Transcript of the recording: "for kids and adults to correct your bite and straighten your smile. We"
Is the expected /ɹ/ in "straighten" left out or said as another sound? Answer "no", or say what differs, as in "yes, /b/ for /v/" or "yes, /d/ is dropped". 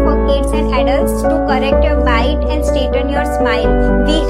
yes, /ɹ/ is dropped